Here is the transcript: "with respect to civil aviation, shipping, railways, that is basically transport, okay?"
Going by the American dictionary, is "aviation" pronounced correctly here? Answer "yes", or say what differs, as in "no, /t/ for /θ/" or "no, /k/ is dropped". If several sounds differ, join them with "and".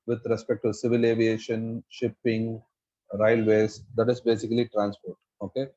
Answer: yes